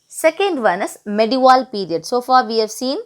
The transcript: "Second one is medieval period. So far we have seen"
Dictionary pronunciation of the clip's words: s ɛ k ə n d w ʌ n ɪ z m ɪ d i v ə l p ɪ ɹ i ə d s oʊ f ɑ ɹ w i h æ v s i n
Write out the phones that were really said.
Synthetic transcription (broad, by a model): s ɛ k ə n d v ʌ n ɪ s m ɪ d i v ə l p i ɹ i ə d s oʊ f ɑ ɹ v i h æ v s i n